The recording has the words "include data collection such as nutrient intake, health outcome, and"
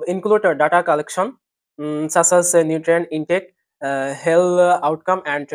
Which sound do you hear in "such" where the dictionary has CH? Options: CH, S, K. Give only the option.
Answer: S